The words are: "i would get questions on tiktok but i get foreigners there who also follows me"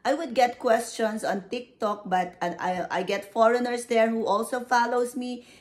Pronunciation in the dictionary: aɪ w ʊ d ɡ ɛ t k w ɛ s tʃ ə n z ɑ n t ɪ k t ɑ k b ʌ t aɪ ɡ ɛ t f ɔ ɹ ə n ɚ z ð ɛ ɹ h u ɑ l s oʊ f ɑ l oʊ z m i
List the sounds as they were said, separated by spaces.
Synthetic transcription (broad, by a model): aɪ w ʊ d ɡ ɛ t k w ɛ s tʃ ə n s ɑ n t ɪ k t ɑ k b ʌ t aɪ ɡ ɛ t f ɔ ɹ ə n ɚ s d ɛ ɹ h u ɑ l s oʊ f ɑ l oʊ s m i